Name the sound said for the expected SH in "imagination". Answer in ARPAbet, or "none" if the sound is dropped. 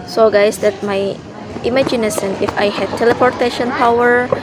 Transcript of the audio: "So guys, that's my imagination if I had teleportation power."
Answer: S